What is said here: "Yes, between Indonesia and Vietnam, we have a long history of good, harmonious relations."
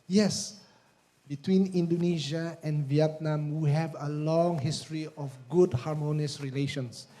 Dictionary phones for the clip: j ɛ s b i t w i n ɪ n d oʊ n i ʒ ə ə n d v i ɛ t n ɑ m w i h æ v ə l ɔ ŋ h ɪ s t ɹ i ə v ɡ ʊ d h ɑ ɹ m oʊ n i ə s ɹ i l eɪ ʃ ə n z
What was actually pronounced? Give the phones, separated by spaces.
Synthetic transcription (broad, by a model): j ɛ s b i t w i n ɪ n d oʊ n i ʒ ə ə n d v i ɛ t n ɑ m w i h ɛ v ə l ɔ ŋ h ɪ s t ɹ i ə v ɡ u d h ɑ ɹ m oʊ n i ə s ɹ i l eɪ ʃ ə n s